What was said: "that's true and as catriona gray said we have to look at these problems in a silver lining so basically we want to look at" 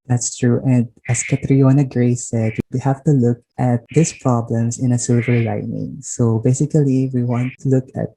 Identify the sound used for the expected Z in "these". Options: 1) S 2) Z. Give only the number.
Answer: 1